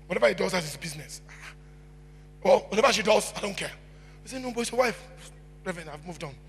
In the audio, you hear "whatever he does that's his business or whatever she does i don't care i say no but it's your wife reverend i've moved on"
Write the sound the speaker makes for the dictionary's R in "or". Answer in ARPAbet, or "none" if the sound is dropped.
L